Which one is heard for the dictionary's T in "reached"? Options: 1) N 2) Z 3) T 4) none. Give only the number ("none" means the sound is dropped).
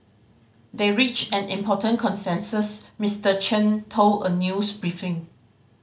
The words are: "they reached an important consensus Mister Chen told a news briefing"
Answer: 4